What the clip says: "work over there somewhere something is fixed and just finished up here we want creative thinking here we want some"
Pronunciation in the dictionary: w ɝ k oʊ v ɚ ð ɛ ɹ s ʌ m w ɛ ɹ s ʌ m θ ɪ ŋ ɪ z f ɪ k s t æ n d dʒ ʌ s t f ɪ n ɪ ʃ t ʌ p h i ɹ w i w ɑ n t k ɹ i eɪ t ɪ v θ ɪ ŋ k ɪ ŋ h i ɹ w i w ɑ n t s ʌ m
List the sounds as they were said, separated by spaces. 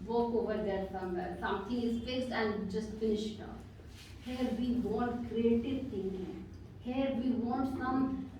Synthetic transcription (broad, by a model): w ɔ k oʊ v ɚ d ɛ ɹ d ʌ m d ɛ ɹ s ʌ m t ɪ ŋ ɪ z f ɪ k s æ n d dʒ ʌ s t f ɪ n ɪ ʃ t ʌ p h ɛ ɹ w i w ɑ n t k ɹ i eɪ t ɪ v t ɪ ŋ ɪ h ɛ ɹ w i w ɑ n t s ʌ m